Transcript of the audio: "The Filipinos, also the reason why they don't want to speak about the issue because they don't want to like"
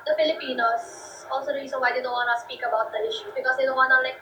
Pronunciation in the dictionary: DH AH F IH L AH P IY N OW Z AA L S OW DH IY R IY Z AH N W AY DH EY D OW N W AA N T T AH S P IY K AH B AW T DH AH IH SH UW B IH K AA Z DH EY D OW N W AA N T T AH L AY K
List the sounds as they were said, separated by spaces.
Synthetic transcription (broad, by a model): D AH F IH L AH P IY N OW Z AA L S OW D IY L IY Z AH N W AY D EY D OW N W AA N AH S P IY K AH B AW T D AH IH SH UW B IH K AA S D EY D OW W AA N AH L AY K